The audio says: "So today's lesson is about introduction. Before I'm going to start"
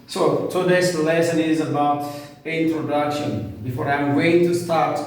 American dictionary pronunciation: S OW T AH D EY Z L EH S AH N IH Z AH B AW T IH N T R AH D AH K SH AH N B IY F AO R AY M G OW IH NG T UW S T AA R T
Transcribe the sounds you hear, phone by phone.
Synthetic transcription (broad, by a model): S OW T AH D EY S L EH S AH N IH Z AH B AW T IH N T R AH D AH K SH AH N B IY F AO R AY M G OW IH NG T UW S T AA R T